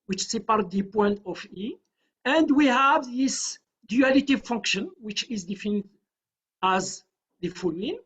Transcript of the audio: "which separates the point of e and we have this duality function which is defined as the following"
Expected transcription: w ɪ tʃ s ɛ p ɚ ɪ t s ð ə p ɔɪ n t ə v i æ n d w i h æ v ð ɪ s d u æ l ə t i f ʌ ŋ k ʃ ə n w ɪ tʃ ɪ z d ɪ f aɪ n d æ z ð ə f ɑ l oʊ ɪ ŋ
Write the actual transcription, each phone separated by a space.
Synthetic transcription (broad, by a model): w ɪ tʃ s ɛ p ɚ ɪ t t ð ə p ɔɪ n t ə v i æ n d w i h æ v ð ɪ s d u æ l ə t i f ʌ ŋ k ʃ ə n w ɪ tʃ ɪ z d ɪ f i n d æ z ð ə f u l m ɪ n